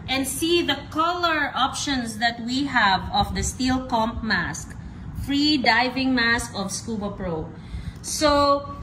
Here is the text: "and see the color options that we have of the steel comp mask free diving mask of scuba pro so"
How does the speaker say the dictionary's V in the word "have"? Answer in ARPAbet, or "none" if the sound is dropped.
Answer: V